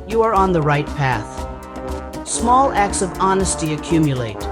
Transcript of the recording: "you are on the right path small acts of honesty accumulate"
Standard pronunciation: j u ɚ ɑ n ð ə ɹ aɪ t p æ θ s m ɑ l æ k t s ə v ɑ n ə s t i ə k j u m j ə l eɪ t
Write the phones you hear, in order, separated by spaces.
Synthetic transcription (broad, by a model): j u ɚ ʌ n ð ə ɹ aɪ t p æ θ s m ɑ l æ k t s ə v ɑ n ə s t i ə k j u m j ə l eɪ t